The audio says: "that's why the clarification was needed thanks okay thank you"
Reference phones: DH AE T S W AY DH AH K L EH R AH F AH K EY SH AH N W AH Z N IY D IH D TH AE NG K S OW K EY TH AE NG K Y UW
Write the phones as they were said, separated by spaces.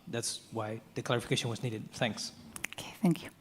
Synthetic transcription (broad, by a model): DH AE T S W AY DH AH K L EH R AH F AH K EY SH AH N W AH Z N IY D IH D TH AE NG K S OW K EY TH AE NG K Y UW